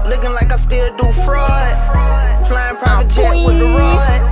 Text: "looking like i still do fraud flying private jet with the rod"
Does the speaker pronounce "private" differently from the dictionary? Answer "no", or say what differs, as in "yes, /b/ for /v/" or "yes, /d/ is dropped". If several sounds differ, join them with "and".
yes, /p/ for /v/